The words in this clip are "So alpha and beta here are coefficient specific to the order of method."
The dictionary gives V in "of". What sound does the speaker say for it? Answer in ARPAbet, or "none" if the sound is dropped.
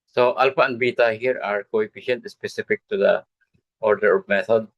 P